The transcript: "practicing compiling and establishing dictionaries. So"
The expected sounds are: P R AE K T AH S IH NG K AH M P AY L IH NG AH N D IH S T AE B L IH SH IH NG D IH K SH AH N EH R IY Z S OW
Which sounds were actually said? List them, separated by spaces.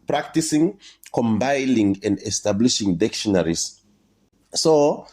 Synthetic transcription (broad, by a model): P R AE K T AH S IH NG K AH M B AY N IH NG AH N D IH S T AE B L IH SH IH NG D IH K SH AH N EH R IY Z S OW